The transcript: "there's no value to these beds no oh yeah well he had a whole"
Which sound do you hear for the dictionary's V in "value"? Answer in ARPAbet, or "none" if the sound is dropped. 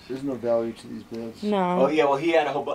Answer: V